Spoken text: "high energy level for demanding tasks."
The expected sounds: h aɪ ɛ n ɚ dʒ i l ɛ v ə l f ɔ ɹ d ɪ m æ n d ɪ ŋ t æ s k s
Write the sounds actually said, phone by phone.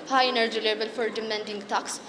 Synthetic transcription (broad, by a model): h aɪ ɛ n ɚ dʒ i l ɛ b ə l f ɔ ɹ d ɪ m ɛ n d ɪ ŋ t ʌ k s